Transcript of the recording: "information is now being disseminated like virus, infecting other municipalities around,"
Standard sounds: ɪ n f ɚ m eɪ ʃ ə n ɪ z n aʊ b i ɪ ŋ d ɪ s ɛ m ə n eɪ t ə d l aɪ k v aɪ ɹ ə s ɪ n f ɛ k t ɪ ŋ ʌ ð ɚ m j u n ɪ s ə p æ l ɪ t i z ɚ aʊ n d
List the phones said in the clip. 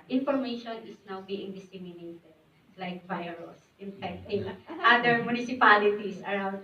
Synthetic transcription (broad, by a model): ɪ n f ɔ m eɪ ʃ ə n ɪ s n aʊ b i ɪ ŋ d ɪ s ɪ m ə n eɪ t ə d l aɪ k v aɪ ɹ ə s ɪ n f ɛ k t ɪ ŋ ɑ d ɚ m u n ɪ s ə p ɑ l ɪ t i s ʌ aʊ n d